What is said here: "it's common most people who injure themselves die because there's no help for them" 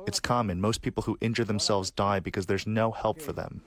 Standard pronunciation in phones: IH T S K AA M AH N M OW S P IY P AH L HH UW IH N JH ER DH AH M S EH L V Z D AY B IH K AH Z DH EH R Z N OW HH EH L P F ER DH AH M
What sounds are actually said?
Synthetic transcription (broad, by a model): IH T S K AA M AH N M OW S P IY P L HH UW IH N JH ER DH AH M S EH L V Z D AY B IH K AH Z DH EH R Z N OW HH EH L P F ER DH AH M